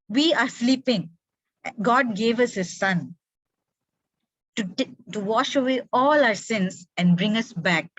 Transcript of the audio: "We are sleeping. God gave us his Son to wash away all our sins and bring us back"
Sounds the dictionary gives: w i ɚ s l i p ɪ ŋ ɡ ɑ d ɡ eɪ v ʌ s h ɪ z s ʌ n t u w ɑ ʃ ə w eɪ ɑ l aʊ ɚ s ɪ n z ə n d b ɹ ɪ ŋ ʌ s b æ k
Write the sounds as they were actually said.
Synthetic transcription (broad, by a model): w i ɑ s l i p ɪ ŋ ɡ ɑ d ɡ eɪ v ʌ s h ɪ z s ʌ n t u w ɑ ʃ ə w eɪ ɑ l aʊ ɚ s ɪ n s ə n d b ɹ ɪ ŋ ʌ s b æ k